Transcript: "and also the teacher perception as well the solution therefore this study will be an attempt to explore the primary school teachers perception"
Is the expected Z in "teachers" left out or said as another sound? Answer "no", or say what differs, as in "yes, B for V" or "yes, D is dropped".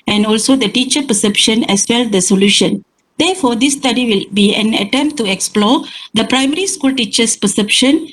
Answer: yes, S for Z